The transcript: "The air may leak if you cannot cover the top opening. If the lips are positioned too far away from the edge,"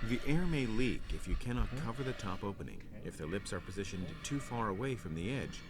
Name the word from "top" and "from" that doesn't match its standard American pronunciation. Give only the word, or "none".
none